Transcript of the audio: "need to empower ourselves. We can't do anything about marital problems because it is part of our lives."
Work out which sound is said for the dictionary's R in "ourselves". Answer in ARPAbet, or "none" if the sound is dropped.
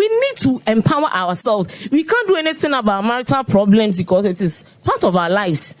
W